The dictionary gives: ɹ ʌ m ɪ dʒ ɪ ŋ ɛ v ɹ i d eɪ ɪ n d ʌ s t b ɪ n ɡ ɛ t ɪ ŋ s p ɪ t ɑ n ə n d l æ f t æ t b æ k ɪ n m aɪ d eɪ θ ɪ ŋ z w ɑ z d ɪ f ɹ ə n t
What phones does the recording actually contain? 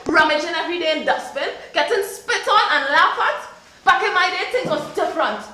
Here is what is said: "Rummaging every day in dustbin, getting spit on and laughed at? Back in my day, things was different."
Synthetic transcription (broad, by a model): ɹ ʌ m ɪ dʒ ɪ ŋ ɛ v ɹ i d eɪ ɪ n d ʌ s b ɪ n ɡ ɛ t ɪ ŋ s p ɪ t ɑ n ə n l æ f ʌ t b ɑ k ɪ n m aɪ d eɪ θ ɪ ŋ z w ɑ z d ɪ f ɹ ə n t